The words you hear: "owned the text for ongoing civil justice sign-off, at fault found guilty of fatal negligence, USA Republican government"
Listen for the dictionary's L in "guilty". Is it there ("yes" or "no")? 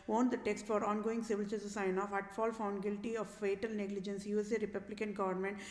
yes